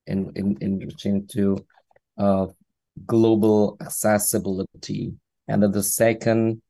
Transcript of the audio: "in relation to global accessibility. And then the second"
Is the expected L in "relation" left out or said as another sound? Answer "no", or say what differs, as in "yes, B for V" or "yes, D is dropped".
yes, N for L